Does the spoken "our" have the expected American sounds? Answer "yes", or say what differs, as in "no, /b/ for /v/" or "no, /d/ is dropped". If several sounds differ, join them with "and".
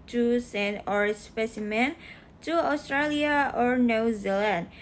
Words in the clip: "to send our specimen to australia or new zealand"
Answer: yes